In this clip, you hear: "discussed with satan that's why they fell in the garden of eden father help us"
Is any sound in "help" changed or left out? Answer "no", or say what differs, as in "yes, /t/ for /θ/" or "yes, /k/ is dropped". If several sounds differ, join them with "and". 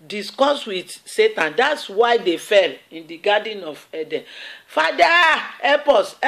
yes, /l/ is dropped